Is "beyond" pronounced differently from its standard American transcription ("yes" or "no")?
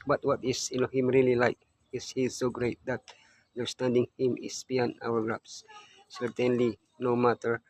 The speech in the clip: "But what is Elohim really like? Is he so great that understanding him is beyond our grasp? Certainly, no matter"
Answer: yes